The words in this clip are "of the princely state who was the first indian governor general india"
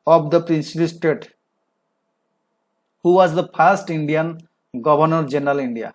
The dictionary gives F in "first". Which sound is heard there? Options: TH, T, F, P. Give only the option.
P